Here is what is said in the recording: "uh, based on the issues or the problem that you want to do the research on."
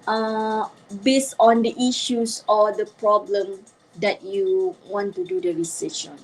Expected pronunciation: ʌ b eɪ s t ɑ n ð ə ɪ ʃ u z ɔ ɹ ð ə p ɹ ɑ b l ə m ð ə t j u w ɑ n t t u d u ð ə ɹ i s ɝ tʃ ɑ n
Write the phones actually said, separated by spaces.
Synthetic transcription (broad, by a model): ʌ b eɪ s t ɑ n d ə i ʃ u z ɔ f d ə p ɹ ɑ b l ə m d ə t j u w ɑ n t t u d u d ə ɹ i s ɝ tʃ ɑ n